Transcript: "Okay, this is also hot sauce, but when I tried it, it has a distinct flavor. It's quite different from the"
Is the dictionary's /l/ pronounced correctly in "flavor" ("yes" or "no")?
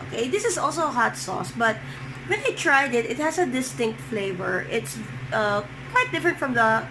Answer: yes